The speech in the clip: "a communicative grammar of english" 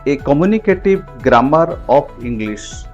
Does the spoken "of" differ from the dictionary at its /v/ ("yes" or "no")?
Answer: yes